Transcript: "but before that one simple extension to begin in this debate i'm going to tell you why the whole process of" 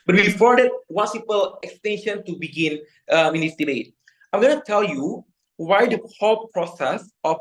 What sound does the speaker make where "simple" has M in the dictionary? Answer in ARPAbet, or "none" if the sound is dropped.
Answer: none